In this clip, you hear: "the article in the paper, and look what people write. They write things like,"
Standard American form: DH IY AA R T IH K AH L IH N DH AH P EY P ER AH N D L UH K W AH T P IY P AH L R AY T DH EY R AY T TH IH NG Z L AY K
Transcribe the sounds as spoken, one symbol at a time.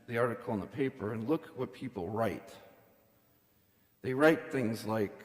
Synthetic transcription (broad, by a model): DH IY AA R T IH K L IH N DH AH P EY P ER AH N L UH K W AH T P IY P L R AY T DH EY R AY T TH IH NG Z L AY K